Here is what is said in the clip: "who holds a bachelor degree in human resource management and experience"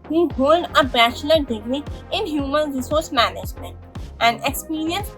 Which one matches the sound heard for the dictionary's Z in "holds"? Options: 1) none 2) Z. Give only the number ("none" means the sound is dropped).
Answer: 1